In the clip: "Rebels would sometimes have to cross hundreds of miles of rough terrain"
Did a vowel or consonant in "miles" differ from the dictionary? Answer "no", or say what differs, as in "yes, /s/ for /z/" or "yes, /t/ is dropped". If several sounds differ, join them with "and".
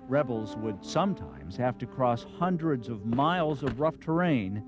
no